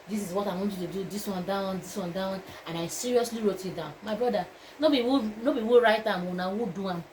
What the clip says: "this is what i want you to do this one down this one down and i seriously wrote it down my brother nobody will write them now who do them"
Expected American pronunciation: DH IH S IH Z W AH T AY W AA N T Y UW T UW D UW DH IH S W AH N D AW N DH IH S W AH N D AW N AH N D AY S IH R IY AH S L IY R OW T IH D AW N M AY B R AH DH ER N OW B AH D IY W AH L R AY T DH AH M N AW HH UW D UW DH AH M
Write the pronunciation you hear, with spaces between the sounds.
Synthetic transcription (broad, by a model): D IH S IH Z W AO T AY W AA N T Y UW T UW D UW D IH S W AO N D AW N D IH S W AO N D AW N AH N AY S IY R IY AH S L IY R OW T IH D AW N M AY B R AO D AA N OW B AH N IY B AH W R AY T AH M N AW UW D UW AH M